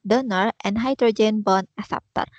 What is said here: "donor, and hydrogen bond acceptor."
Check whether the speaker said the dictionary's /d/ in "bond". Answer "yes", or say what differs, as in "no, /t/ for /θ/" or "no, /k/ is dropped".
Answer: no, /d/ is dropped